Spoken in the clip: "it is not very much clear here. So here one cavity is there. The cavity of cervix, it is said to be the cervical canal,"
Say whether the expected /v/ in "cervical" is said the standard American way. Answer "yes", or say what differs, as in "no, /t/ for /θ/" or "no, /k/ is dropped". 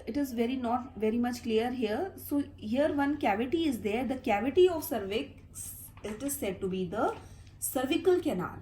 yes